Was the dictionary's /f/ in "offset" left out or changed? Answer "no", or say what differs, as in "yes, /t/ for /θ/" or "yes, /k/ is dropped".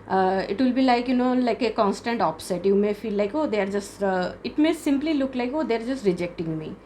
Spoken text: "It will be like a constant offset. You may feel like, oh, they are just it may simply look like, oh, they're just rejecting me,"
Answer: yes, /p/ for /f/